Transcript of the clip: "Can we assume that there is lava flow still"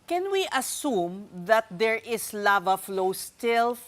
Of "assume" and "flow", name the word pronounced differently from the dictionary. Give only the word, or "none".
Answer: none